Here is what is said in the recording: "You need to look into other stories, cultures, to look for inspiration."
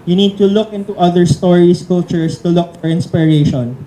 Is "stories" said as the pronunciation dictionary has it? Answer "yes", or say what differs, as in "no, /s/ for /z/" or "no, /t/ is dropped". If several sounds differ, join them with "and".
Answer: no, /s/ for /z/